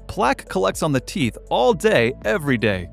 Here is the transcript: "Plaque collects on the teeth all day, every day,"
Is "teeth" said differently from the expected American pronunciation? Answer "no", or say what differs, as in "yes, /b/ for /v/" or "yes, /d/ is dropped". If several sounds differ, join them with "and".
no